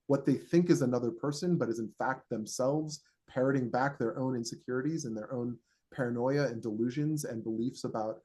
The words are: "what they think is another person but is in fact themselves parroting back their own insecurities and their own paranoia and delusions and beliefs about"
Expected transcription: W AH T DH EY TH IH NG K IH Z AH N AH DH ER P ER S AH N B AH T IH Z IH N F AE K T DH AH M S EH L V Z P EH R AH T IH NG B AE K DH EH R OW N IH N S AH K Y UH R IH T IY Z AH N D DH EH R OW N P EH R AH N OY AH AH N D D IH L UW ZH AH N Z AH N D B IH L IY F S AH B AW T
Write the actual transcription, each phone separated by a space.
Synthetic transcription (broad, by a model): W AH T DH EY TH IH NG K IH Z AH N AH DH ER P ER S AH N B AH T IH Z IH N F AE K T DH AH M S EH L V Z P EH R AH T IH NG B AE K DH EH R OW N IH N S AH K Y UH R IH T IY Z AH N DH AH R OW N P EH R AH N OY AH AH N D D IH L UW ZH AH N Z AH N B IH L IY F S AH B AW T